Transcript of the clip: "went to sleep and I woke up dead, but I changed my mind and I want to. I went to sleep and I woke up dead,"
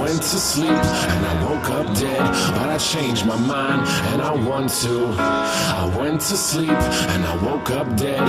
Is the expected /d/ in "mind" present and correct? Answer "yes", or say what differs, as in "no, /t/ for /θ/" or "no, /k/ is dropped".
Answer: yes